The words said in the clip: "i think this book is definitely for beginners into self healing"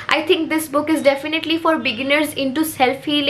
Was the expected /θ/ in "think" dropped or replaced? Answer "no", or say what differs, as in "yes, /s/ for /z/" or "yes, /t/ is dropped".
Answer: yes, /t/ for /θ/